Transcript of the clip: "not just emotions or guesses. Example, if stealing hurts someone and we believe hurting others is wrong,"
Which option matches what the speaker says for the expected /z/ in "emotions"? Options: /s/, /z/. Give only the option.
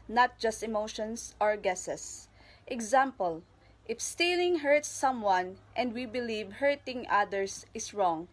/s/